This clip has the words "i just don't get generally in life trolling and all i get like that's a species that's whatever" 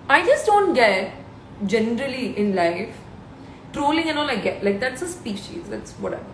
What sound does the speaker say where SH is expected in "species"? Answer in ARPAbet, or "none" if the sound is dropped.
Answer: SH